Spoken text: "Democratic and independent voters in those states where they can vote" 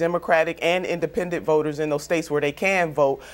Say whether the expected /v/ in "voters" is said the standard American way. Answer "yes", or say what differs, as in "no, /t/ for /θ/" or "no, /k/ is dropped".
yes